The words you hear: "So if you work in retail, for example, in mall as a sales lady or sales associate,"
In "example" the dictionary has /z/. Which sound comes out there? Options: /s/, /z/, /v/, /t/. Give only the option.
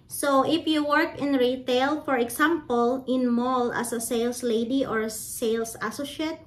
/s/